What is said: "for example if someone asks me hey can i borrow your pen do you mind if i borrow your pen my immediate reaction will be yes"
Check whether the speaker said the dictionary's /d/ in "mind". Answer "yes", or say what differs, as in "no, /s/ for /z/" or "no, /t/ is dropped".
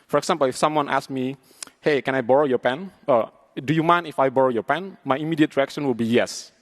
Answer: no, /d/ is dropped